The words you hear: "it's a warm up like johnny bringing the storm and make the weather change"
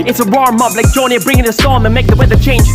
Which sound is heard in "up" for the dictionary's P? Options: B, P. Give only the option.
B